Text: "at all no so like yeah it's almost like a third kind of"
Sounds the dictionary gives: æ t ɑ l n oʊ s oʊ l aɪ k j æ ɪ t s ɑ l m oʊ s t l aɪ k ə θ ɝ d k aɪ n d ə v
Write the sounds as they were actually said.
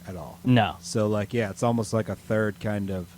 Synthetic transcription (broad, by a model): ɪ t ɑ l n oʊ s oʊ l aɪ k j æ ɪ t s ɑ l m oʊ s t l aɪ k ə θ ɝ d k aɪ n d ə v